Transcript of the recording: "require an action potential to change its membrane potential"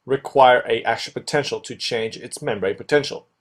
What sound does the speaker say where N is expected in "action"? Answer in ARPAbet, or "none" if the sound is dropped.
L